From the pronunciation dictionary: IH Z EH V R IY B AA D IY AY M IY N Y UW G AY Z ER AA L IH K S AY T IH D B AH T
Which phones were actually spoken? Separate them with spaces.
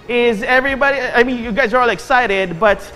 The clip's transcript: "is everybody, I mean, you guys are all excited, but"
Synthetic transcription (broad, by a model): IH Z EH V R IY B AA D IY AY M IY N Y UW G AY Z ER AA L IH K S AY T IH D B AH T